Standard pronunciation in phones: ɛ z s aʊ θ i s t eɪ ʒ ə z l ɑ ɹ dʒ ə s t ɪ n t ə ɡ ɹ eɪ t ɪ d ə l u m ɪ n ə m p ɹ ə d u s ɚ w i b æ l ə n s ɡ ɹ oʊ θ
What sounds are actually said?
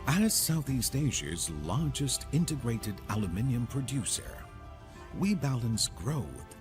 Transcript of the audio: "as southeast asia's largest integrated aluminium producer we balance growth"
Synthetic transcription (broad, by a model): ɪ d s aʊ θ i s t eɪ ʒ ə z l ɑ ɹ dʒ ə s t ɪ n t ə ɡ ɹ eɪ t ɪ d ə l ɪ m ɪ n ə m p ɹ ə d u s ɚ w i b æ l ə n s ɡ ɹ oʊ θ